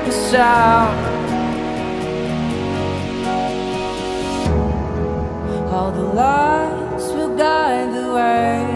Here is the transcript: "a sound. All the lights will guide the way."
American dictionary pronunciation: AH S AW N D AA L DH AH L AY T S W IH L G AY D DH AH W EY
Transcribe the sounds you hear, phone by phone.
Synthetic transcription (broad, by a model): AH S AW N AA L DH AH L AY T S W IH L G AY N DH AH W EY